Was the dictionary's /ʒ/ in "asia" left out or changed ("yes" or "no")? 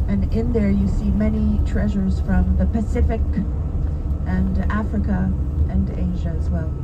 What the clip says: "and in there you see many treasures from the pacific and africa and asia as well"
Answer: no